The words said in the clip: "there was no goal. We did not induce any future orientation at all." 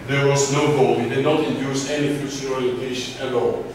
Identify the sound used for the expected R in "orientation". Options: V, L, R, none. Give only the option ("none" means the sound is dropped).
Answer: L